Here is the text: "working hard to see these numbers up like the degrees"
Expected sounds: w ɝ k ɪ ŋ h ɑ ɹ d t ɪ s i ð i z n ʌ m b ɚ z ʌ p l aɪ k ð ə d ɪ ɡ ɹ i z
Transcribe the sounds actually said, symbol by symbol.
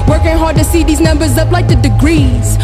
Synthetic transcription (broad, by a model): w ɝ k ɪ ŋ h ɑ ɹ d t ɪ s i ð i z n ʌ m b ɚ z ʌ p l aɪ k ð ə d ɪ ɡ ɹ i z